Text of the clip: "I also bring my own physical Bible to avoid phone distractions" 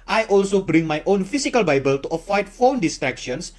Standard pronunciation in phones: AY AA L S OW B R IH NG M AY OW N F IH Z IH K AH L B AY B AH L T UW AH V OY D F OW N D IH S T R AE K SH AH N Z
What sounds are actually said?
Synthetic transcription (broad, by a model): AY AA L S OW B R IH NG M AY OW N F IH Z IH K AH L B AY B AH L T UW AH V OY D F OW N D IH S T R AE K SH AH N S